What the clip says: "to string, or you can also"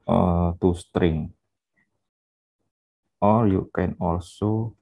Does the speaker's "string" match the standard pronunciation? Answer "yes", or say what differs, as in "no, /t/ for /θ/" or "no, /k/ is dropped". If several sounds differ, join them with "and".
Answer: yes